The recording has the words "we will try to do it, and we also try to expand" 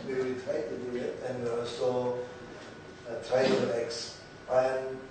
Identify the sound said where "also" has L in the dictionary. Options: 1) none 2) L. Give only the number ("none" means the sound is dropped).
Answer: 1